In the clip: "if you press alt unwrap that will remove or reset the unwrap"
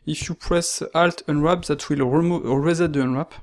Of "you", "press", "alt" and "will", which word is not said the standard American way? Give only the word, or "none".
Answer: none